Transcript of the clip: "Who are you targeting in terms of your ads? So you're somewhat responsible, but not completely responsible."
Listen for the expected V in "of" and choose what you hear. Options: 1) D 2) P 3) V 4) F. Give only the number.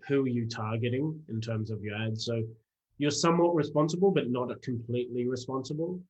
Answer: 3